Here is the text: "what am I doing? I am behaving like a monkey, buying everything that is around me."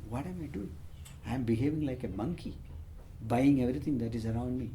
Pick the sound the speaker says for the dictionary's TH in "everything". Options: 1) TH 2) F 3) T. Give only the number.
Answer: 3